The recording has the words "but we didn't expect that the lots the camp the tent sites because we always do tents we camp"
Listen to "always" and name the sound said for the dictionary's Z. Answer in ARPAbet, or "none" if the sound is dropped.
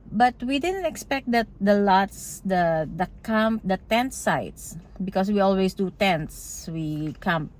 S